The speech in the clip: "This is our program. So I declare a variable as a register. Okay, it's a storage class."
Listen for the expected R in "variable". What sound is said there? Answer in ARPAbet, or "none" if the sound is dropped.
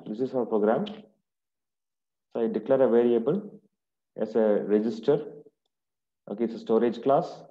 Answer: R